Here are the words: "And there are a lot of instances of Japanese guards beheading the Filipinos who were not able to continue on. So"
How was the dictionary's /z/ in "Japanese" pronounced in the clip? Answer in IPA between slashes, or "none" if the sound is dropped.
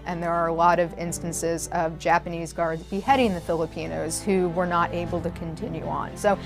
/z/